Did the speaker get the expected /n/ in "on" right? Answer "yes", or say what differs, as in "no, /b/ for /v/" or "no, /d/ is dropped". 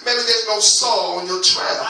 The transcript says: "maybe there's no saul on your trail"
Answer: yes